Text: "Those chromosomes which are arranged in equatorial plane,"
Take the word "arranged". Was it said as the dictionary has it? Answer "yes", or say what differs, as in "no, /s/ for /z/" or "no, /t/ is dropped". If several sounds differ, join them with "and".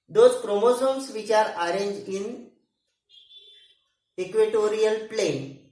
no, /d/ is dropped